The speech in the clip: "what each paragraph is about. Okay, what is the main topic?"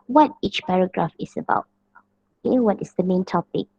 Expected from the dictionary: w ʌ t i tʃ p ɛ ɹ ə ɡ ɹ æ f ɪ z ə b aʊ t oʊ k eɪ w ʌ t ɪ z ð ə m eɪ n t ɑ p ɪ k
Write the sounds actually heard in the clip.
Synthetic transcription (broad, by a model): w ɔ t i tʃ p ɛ ɹ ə ɡ ɹ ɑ f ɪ s ə b aʊ t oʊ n w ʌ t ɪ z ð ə m eɪ n t ɑ p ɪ k